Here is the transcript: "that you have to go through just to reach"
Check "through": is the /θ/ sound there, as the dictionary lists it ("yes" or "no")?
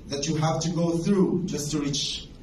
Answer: yes